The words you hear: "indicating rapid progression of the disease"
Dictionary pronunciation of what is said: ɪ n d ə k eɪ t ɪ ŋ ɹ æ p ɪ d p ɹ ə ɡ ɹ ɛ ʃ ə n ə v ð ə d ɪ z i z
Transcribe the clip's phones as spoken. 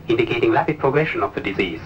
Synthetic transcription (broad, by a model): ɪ n d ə k eɪ t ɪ ŋ l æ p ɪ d p ɹ ə ɡ ɹ ɛ ʃ ə n ə v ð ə d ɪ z i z